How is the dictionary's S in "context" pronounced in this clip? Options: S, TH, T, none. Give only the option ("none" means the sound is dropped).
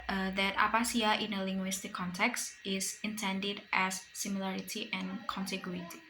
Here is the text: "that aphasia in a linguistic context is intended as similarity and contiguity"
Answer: S